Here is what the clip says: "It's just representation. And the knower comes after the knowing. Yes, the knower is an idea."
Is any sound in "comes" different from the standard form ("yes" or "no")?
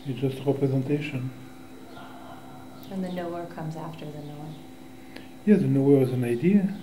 no